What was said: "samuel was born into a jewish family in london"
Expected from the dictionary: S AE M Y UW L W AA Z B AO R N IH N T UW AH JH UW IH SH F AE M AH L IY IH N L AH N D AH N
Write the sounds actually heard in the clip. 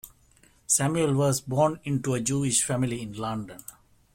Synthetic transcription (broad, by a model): S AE M Y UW L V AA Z B AO R N IH N T UW AH JH UW IH SH F AE M AH L IY IH N L AH N D AH N